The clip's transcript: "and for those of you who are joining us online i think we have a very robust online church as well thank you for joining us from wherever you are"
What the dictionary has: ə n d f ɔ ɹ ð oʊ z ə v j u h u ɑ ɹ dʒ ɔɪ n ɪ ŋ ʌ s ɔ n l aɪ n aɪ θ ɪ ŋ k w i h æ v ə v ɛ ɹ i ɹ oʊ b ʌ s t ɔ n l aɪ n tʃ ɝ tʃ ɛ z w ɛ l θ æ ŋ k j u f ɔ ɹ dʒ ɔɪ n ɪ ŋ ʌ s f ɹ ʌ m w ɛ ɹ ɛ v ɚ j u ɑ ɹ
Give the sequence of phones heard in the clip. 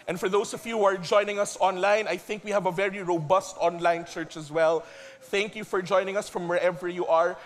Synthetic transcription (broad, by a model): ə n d f ɔ ɹ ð oʊ s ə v j u h u ɑ ɹ dʒ ɔɪ n ɪ ŋ ʌ s ɔ n l aɪ n aɪ θ ɪ ŋ k w i h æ v ə v ɛ ɹ i ɹ oʊ b ʌ s t ɔ n l aɪ n tʃ ɝ tʃ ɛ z w ɛ l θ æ ŋ k j u f ɔ ɹ dʒ ɔɪ n ɪ ŋ ʌ s f ɹ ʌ m w ɛ ɹ ɛ v ɚ j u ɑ ɹ